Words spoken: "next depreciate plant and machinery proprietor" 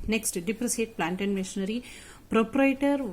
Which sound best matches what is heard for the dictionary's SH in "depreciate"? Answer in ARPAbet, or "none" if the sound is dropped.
S